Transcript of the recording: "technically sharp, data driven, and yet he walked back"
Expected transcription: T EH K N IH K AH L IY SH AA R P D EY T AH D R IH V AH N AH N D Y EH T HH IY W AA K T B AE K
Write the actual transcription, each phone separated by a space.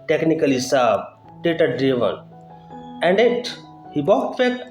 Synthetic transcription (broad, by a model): T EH K N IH K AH L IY S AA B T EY T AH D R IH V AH N AH N D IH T HH IY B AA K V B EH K